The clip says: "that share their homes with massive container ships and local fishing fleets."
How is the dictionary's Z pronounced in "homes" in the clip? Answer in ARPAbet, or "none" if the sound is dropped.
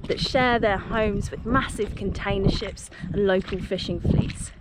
Z